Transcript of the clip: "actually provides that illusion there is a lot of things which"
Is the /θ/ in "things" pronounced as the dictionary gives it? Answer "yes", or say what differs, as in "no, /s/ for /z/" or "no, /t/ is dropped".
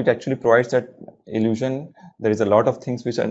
no, /t/ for /θ/